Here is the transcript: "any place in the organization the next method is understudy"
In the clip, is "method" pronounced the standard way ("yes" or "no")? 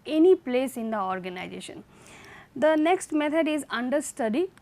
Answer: no